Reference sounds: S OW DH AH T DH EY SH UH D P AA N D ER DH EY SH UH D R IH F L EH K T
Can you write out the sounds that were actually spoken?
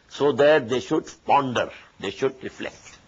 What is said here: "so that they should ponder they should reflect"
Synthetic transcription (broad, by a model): S OW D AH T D EY SH UH D P AA N D ER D EY SH UH D R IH F L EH K T